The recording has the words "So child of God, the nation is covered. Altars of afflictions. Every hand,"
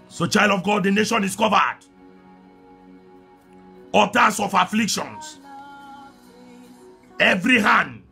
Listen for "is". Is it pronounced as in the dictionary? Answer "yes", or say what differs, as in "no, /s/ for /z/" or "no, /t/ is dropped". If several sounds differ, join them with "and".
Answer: no, /s/ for /z/